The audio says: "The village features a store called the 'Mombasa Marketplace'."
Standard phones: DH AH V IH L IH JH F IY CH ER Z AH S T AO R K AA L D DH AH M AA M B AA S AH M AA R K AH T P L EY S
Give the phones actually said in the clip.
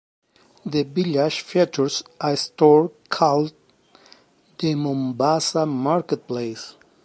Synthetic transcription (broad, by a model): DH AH B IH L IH SH F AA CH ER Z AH S T AO R K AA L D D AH M AA M B AA S AH M AA R K AH T P L EY S